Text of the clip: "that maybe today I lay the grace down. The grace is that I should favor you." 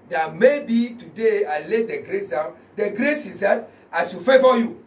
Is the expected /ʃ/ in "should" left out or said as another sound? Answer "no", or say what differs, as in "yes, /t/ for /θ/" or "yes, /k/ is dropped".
yes, /s/ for /ʃ/